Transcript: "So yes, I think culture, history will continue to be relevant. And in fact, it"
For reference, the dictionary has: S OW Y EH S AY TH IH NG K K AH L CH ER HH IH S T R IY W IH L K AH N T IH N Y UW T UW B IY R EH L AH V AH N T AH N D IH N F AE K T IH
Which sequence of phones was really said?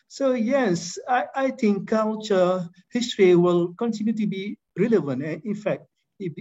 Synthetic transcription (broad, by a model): S OW Y EH S AY T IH NG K K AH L CH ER HH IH S T R IY W IH L K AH N T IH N Y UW T UW B IY R EH L AH V AH N T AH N IH N F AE K T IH